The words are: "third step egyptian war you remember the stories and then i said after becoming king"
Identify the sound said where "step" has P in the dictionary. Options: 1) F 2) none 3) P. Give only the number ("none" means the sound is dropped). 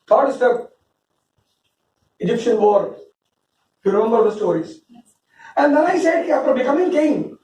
2